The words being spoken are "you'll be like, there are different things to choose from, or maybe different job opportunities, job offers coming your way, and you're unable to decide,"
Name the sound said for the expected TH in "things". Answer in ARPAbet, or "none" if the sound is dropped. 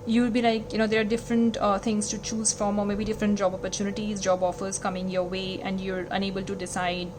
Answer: T